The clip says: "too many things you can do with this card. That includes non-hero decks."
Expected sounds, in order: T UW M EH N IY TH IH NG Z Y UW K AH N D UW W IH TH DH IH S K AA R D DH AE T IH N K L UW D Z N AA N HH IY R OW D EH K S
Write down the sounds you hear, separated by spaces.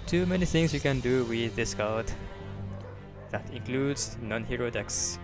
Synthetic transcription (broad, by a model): T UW M EH N IY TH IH NG S Y UW K AH N D UW W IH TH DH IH S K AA L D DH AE T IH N K L UW D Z N AA N HH IY R OW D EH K S